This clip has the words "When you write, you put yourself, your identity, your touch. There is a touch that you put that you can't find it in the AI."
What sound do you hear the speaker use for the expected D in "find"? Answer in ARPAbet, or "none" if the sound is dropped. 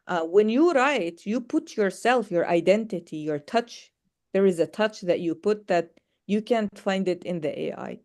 D